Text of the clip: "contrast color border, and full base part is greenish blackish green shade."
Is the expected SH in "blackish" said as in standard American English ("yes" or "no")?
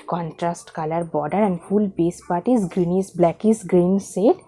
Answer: no